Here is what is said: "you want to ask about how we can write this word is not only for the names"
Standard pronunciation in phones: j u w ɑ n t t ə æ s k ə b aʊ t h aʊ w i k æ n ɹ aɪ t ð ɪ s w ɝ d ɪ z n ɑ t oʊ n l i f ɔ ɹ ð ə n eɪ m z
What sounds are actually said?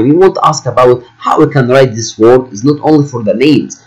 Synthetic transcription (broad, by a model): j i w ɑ n t t æ s k ə b aʊ t h aʊ w i k æ n ɹ aɪ t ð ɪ s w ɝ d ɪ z n ɑ t oʊ n l i f ɔ ɹ ð ə n eɪ m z